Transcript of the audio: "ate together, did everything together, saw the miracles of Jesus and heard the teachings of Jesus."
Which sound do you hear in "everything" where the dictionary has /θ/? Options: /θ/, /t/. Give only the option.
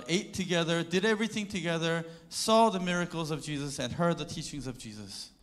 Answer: /θ/